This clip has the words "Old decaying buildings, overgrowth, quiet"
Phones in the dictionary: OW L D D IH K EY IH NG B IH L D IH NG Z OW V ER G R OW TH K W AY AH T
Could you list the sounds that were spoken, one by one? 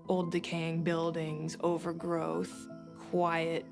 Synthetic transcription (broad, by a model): OW L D D IH K EY IH NG B IH L D IH NG Z OW V ER G R OW TH K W AY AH T